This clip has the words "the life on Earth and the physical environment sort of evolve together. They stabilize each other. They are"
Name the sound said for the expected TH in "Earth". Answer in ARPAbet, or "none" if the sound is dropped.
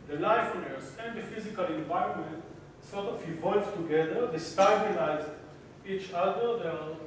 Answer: S